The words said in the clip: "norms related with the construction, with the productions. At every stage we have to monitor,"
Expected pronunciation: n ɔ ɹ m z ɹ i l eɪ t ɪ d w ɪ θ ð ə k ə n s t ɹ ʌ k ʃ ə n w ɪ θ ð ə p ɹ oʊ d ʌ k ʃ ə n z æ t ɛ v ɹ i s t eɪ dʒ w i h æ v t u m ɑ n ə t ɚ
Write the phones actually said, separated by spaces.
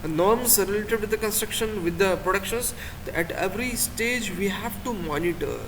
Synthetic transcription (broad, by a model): n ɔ ɹ m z ɹ i l eɪ t ɪ d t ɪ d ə k ə n s t ɹ ʌ k ʃ ə n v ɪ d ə p ɹ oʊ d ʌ k ʃ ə n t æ t ɛ v ɹ i s t eɪ dʒ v i h æ v t u m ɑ n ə t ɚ